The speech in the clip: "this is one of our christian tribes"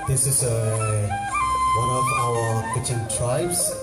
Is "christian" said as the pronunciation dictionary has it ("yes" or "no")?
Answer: no